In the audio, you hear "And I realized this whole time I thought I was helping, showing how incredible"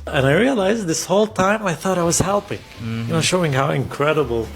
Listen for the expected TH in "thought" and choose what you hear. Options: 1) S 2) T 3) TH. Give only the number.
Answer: 3